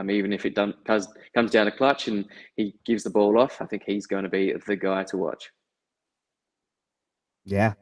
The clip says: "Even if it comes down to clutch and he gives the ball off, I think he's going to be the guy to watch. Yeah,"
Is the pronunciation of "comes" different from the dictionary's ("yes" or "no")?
no